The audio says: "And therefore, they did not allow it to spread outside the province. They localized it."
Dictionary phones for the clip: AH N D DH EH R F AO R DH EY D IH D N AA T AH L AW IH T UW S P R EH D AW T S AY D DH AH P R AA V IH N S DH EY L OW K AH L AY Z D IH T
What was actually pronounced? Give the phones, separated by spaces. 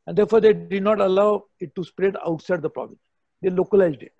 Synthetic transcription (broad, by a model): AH N D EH R F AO R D EY D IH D N AA T AH L AW IH T UW S P R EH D AW T S AY D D AH P R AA B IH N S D EY L OW K AH L AY Z D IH T